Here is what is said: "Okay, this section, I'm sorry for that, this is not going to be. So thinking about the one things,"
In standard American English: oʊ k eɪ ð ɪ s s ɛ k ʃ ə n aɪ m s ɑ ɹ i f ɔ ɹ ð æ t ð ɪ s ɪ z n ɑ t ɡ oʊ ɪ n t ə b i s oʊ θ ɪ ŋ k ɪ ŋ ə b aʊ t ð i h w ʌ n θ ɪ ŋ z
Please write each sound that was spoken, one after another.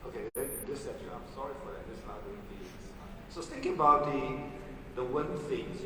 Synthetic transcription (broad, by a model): oʊ k eɪ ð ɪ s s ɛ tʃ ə aɪ m s ɑ ɹ i f ɔ ɹ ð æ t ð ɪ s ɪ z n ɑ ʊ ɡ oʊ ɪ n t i s oʊ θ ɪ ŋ k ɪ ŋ ə b aʊ t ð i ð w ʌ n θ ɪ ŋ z